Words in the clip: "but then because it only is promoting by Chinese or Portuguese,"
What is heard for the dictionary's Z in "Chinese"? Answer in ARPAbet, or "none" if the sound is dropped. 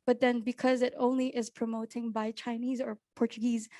Z